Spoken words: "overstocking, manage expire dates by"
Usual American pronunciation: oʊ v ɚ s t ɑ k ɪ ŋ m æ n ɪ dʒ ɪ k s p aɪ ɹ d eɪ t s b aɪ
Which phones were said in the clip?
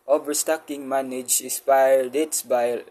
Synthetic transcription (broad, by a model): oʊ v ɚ s t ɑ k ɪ ŋ m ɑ n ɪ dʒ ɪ s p aɪ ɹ d eɪ t s b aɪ